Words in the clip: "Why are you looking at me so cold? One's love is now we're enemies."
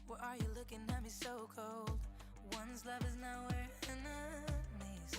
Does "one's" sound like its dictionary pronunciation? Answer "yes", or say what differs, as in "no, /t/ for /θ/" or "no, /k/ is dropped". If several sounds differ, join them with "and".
yes